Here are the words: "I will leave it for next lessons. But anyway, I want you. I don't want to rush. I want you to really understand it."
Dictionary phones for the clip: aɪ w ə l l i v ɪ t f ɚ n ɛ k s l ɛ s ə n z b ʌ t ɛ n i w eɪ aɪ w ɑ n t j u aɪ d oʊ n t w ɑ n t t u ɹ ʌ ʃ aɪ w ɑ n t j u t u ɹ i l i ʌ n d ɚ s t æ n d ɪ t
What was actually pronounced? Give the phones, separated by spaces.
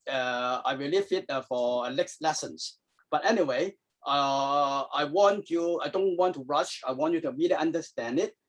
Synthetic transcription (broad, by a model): aɪ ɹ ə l l i f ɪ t f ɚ l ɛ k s l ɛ s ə n s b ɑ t ɛ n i w eɪ aɪ w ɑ n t j u aɪ d oʊ n t w ɑ n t t u ɹ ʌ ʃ aɪ w ɑ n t j u t u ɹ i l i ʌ n d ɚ s t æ n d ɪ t